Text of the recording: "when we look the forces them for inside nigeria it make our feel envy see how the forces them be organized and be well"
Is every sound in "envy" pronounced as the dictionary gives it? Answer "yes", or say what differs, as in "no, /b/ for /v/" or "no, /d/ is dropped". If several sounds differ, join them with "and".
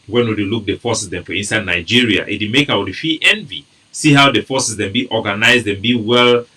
yes